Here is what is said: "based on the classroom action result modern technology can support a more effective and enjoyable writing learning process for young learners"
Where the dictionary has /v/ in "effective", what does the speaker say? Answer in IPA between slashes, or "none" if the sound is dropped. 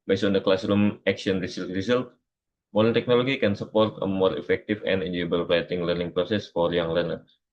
/f/